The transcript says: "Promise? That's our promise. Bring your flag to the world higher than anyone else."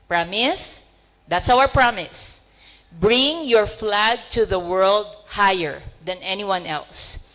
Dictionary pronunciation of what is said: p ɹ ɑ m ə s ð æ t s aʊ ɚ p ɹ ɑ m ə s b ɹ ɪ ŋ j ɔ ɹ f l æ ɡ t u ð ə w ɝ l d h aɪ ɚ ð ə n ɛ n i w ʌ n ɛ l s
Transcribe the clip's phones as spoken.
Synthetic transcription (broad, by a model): p ɹ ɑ m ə s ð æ t s aʊ ɚ p ɹ ɑ m ə s b ɹ ɪ ŋ j ɔ ɹ f l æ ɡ t u ð ə w ɝ l d h aɪ ɚ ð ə n ɛ n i w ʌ n ɛ l s